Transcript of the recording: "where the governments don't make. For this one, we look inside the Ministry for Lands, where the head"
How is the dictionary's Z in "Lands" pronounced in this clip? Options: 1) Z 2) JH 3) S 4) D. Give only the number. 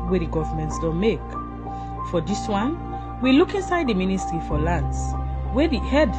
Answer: 3